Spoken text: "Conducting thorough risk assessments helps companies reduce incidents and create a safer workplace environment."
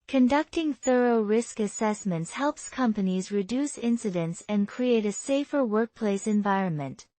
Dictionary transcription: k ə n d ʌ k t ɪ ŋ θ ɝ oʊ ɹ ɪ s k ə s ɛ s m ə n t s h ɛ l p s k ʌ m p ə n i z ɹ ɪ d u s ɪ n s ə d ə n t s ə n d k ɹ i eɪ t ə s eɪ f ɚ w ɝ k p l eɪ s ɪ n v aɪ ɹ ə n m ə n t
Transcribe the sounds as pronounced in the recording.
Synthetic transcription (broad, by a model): k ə n d ʌ k t ɪ ŋ θ ɝ oʊ ɹ ɪ s k ə s ɛ s m ə n t s h ɛ l p s k ʌ m p ə n i z ɹ ɪ d u s ɪ n s ə d ə n t s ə n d k ɹ i eɪ t ə s eɪ f ɚ w ɝ k p l eɪ s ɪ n v aɪ ɹ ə n m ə n t